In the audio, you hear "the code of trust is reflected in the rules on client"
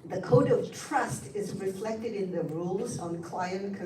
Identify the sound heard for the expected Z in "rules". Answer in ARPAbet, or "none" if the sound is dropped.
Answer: Z